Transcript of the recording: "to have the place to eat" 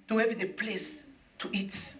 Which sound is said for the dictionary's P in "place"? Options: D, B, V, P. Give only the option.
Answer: P